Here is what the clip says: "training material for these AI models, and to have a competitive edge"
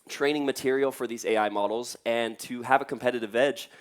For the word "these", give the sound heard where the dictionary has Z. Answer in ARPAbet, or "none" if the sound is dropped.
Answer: Z